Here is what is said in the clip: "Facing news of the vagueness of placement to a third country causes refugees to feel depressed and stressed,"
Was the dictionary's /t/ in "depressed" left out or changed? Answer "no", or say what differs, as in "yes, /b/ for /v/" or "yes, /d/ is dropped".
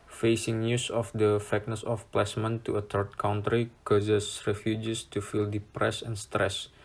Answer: yes, /t/ is dropped